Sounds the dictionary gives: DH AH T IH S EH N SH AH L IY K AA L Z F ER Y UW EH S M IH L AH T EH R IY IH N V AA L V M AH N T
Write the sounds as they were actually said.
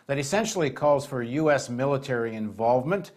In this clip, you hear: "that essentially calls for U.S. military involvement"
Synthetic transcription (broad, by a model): DH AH T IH S EH N SH L IY K AA L Z F ER Y UW EH S M IH L AH T EH R IY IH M V AA L V M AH N T